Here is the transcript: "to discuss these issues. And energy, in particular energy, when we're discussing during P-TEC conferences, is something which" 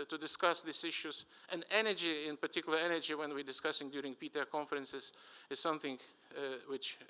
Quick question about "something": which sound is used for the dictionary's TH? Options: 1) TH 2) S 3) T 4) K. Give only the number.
1